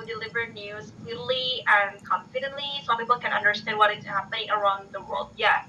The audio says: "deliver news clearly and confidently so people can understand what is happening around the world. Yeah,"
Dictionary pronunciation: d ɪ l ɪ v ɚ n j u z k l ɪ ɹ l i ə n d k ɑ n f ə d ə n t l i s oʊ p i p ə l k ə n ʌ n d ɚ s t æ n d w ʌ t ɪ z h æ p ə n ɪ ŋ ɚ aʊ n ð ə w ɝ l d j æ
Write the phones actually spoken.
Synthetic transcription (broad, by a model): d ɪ l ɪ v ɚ n j u z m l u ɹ l i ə n k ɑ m f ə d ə n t l i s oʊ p i p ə l k ə n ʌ n d ɚ s t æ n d w ʌ t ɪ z h æ p ə n ɪ ŋ ɚ aʊ n ð ə w ɝ l d j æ